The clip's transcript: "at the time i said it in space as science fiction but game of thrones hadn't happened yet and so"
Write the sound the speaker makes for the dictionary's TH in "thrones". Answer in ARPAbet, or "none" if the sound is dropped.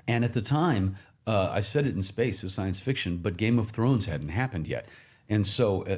TH